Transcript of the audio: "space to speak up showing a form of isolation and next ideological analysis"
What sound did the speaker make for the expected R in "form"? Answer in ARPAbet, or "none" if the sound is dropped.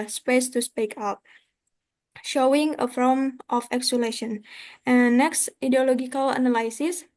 L